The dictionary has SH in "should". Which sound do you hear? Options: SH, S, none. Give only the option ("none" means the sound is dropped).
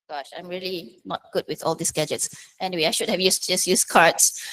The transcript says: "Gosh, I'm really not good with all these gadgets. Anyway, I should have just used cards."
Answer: SH